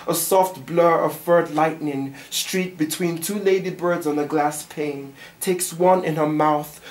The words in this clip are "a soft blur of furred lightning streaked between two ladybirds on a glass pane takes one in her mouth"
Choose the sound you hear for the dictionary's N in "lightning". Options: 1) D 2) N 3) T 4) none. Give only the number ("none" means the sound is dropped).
2